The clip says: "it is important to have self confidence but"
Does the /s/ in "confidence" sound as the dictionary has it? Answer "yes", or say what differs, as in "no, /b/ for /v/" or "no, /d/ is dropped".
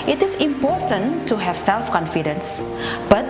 yes